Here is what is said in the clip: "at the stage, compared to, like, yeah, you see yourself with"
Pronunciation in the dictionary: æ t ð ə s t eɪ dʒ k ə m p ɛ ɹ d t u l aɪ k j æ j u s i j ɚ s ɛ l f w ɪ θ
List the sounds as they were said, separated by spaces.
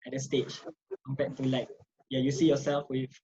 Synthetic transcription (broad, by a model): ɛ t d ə s t eɪ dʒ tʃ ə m b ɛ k t u l aɪ k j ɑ j u s i j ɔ s ɛ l f w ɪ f